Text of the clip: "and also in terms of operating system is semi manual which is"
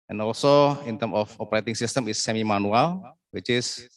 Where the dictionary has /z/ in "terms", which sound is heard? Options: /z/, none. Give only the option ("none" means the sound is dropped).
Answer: none